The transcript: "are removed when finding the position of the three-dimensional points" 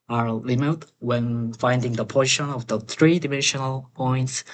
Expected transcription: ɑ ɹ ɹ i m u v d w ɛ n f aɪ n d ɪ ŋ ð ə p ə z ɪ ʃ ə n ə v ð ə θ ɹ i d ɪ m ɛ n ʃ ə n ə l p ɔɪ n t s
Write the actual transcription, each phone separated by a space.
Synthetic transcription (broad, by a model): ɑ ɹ l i m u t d w ɛ n f aɪ n d ɪ ŋ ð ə p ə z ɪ ʃ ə n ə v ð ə θ ɹ i d ɪ m ɛ n ʃ ə n ə l p ɔɪ n t s